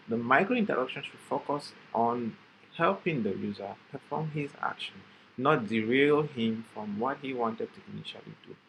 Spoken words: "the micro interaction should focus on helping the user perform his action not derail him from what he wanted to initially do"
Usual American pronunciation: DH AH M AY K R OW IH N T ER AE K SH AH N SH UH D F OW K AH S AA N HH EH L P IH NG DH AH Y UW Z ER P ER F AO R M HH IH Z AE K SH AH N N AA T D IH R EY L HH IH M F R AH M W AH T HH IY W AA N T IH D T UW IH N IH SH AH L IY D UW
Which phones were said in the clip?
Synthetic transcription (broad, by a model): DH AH M AY K R OW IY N T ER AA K SH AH N SH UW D F OW K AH S AA N HH EH L P IH NG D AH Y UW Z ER P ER F AO M HH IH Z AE K SH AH N N AA T D IH R EY L HH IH M F R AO M W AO T HH IY W AA N T IH D T UW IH N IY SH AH L IY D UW